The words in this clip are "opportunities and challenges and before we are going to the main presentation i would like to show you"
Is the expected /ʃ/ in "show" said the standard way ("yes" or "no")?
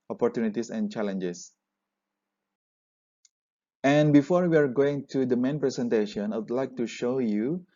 yes